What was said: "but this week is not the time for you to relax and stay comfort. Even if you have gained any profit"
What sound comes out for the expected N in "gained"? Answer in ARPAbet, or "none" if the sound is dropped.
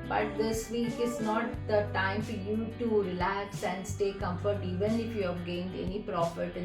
N